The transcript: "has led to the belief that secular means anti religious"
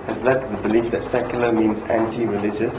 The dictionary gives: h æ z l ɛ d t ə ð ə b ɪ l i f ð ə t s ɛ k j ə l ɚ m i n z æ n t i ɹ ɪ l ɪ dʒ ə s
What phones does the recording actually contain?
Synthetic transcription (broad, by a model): h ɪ z l ɛ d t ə ð ə b ɪ l i f ð ə t s ɛ k j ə l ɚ m i n z æ n t i ɹ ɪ l ɪ dʒ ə s